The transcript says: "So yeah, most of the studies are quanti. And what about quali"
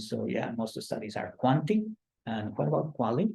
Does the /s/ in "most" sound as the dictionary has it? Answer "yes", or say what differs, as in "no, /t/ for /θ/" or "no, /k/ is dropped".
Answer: no, /s/ is dropped